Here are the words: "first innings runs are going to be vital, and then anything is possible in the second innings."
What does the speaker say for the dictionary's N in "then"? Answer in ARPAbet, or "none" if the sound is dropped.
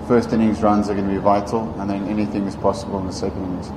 N